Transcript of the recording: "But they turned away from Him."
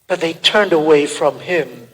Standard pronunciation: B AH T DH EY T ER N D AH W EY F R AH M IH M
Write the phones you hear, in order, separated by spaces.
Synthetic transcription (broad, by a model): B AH T DH EY T ER N D AH W EY F R AH M IH M